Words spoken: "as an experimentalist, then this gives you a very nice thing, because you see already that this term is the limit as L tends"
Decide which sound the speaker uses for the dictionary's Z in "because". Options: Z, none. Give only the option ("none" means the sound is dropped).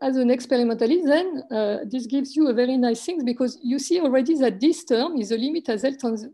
Z